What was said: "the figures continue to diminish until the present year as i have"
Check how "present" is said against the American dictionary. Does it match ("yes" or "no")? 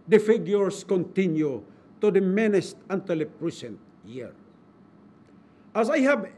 no